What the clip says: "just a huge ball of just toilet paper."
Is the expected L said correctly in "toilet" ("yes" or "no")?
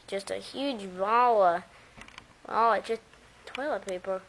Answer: yes